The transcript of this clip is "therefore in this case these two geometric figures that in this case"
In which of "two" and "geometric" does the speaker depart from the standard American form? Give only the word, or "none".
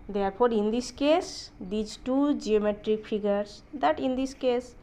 none